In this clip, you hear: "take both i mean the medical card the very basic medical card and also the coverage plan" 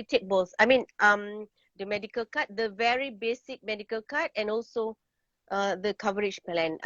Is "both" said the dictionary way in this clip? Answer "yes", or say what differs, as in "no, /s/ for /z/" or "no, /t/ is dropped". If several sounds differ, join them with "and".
no, /s/ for /θ/